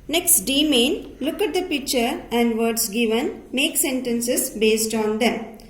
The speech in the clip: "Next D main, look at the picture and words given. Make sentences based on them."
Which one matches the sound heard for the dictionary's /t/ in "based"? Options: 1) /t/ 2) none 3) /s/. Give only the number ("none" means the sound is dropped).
1